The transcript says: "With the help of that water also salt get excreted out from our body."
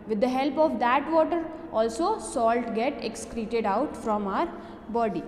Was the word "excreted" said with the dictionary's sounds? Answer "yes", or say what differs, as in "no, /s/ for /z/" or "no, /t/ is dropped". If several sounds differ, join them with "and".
yes